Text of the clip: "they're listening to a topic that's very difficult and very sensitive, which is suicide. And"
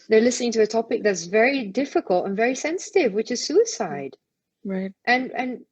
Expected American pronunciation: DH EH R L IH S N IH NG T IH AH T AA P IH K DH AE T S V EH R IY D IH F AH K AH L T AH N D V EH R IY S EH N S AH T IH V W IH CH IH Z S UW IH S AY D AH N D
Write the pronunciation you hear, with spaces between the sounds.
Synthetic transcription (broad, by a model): DH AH R L IH S N IH NG T IH AH T AA P IH K DH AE T S V EH R IY D IH F AH K AH L T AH N V EH R IY S EH N S AH T IH V W IH CH IH Z S UW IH S AY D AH N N